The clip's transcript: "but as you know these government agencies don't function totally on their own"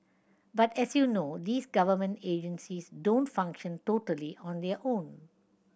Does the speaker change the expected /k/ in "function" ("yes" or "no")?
no